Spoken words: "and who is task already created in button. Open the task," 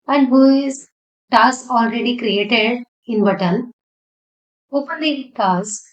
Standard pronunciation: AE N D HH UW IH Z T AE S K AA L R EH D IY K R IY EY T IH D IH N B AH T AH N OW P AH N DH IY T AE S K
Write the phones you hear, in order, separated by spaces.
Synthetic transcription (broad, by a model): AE N D HH UW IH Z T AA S AA L R EH D IY K R IY EY T IH D IH N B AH T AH L OW P AH N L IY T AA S